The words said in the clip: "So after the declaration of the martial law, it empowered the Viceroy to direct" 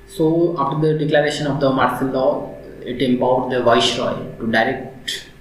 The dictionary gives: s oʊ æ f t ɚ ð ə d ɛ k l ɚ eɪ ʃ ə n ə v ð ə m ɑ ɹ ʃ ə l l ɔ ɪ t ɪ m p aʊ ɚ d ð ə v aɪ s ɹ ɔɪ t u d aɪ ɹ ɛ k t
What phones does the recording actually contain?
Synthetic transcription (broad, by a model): s oʊ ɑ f t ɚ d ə d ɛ k l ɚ eɪ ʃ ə n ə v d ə m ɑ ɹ s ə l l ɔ ɪ t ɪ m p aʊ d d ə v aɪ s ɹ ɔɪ t u d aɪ ɹ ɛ k t